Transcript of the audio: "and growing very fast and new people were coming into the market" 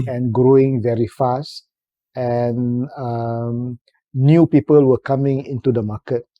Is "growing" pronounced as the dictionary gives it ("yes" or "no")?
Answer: yes